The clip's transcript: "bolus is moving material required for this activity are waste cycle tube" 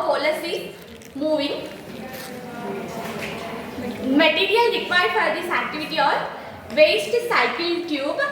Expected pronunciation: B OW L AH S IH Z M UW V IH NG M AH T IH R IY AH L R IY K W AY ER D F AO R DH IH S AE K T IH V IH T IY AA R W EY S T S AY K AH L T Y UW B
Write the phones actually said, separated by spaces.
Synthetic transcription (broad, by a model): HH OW L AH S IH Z M UW V IH NG M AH T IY R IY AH L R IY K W AY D F AO R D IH S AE K T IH V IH T IY AA R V EY S T S AY K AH L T Y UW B